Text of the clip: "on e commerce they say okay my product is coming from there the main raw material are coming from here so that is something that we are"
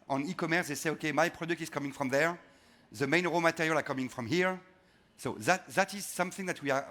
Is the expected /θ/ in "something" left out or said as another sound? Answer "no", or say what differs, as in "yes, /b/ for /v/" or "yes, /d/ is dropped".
no